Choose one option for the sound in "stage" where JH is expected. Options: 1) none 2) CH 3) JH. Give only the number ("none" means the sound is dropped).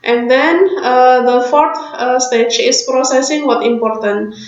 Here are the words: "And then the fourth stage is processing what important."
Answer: 2